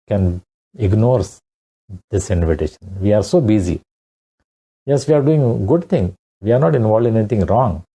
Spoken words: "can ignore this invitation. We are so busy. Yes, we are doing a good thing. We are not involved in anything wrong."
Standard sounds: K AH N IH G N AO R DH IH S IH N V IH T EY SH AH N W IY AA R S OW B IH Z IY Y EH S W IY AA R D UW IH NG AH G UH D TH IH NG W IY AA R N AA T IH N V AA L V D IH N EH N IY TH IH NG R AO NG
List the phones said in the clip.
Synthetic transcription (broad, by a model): K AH N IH G N AO R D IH S IH N V IH T EY SH AH N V IY AA R S OW B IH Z IY Y EH S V IY AA R D UW IH NG G UH D T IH NG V IY AA R N AA T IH N V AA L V D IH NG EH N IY T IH NG R AO NG